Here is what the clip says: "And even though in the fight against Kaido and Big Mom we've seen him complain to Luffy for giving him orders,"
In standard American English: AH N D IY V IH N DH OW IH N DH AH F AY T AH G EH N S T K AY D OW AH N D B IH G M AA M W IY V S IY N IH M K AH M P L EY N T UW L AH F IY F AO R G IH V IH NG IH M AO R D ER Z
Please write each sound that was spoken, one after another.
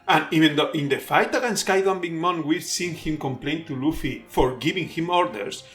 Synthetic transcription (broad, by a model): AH N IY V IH N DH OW IH N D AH F AY T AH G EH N S K AY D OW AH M B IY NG M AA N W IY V S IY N IH M K AH M P L EY N T UW L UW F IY F AO R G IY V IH NG IH M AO R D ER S